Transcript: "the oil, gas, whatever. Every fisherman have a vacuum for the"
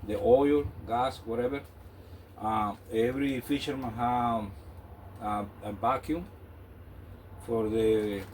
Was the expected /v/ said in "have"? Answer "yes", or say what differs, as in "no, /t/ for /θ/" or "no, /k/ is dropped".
no, /b/ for /v/